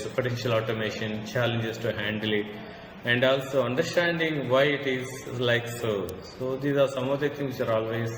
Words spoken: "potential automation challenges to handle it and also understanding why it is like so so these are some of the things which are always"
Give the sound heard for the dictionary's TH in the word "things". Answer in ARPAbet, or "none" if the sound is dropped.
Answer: T